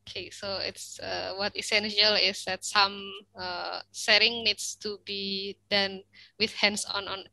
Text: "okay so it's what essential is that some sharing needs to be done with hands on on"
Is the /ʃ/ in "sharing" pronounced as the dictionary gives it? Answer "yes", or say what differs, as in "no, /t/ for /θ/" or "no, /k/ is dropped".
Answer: no, /s/ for /ʃ/